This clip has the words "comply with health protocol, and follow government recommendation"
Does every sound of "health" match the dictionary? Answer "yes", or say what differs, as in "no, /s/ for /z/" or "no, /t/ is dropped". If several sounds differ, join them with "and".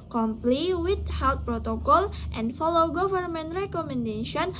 no, /t/ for /θ/